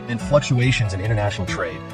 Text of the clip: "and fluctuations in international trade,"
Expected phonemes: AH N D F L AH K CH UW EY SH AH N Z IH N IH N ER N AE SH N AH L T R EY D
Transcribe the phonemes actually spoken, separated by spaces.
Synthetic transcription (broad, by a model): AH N F L AH K CH UW EY SH AH N Z IH N IH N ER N AE SH N L T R EY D